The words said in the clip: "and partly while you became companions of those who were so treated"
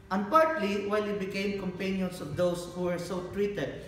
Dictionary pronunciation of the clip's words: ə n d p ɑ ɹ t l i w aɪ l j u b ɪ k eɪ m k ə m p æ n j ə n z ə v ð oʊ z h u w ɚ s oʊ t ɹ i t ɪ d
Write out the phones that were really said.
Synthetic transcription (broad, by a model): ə n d p ɑ ɹ t l i w aɪ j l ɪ b ɪ k eɪ m k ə m p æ n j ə n s ə v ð oʊ s h u w ɚ s oʊ t ɹ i t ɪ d